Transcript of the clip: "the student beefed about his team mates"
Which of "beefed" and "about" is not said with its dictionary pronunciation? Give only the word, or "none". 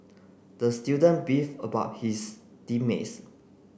beefed